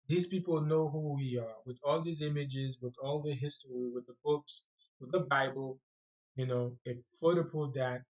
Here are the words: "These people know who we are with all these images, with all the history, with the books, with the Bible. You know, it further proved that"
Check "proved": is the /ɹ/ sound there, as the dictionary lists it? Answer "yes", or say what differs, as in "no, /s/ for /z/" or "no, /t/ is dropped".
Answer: no, /ɹ/ is dropped